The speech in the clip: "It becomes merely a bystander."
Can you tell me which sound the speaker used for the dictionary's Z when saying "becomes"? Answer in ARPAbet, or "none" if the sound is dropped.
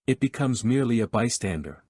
Z